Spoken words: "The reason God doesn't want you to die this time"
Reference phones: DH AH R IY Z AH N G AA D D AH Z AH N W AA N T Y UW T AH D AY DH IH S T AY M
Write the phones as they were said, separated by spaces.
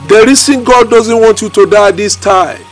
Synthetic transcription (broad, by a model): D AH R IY S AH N G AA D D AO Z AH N W AA N T Y UW T AH D AY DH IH S T AY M